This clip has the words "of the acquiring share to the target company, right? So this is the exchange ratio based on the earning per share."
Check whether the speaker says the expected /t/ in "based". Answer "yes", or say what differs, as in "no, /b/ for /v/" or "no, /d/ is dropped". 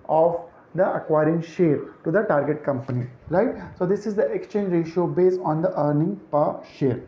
no, /t/ is dropped